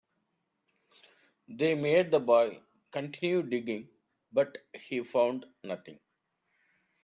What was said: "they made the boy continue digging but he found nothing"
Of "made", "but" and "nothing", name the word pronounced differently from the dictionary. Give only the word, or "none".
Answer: nothing